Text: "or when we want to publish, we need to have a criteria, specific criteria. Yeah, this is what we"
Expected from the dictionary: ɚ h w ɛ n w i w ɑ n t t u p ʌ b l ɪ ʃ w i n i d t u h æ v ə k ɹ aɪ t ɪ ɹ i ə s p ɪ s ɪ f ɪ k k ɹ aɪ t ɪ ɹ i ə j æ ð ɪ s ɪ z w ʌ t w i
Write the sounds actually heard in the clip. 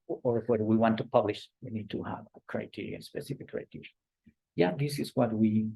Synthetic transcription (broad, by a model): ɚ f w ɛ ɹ w i w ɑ n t t u p ʌ b l ɪ ʃ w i n i d t u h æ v ə k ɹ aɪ t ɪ ɹ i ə s p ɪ s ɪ f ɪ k k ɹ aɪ t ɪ ɹ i j æ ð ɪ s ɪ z w ʌ t w i